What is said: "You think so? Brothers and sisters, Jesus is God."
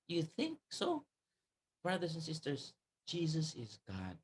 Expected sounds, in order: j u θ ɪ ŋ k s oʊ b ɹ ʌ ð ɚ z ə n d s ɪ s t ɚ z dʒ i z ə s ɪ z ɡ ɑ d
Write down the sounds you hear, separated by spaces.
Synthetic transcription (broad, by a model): j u θ ɪ ŋ k s oʊ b ɹ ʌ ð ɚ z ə n s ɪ s t ɚ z dʒ i z ə s ɪ z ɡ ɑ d